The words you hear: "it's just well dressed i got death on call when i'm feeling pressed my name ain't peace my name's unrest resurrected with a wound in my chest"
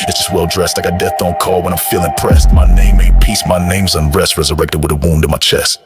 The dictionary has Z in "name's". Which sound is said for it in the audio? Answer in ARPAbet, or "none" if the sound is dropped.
Z